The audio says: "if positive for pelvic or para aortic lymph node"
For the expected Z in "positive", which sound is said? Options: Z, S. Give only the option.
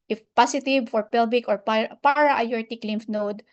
S